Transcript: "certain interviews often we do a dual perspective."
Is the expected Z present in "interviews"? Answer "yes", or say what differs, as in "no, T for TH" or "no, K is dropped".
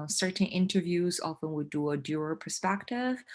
yes